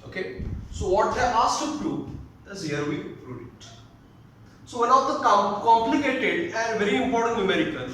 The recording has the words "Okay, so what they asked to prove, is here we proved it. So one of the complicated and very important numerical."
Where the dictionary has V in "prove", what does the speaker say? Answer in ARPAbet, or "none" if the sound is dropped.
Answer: none